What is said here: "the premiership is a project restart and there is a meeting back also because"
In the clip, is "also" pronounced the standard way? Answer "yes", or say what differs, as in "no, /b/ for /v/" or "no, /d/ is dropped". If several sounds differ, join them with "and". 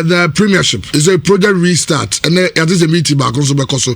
no, /n/ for /l/